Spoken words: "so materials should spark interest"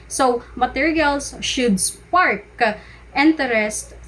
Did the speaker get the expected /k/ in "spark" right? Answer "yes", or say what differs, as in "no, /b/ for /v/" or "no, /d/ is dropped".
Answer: yes